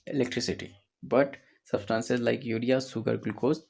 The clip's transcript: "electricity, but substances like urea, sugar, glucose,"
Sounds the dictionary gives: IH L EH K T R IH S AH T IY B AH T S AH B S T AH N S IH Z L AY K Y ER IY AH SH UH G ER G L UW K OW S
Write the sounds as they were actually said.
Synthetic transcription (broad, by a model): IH L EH K T R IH S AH T IY B AH T S AH B S T AH N S IH Z L AY K Y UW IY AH S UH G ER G L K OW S